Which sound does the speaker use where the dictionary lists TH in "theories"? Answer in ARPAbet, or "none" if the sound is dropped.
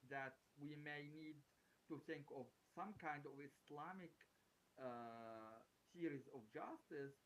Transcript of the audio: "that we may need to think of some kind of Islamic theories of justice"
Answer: S